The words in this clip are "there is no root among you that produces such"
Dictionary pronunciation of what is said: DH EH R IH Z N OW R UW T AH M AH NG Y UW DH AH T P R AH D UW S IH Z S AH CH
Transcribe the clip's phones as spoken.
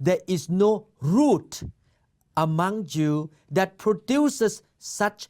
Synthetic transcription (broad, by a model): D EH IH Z N OW R UW T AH M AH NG Y UW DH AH T P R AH D UW S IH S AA CH